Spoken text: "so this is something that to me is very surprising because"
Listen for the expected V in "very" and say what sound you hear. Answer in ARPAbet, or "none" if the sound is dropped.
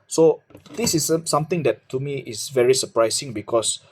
V